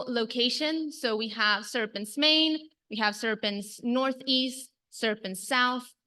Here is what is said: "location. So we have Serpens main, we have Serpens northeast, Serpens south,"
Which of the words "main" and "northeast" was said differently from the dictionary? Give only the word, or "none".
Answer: none